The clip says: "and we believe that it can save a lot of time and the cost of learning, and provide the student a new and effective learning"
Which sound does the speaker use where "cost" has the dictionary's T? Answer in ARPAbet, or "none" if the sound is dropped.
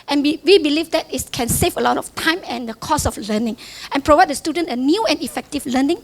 none